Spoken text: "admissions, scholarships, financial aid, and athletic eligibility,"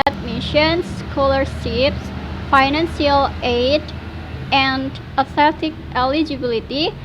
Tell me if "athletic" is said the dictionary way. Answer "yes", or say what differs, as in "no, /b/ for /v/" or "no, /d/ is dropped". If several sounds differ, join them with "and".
no, /l/ is dropped